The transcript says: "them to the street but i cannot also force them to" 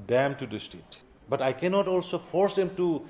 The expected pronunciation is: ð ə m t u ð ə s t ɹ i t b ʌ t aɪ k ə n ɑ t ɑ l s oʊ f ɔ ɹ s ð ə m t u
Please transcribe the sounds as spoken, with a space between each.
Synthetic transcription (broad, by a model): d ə m t u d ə s t i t b ʌ t aɪ k ə n ɑ t ɑ l s oʊ f ɔ ɹ s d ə m t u